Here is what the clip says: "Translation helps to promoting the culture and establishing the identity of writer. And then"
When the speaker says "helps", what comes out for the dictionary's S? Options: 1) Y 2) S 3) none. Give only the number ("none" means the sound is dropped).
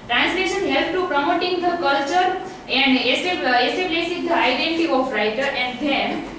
3